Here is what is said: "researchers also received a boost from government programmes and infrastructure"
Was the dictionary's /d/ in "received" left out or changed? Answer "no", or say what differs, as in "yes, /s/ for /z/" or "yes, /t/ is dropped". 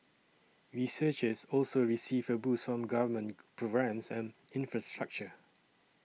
yes, /d/ is dropped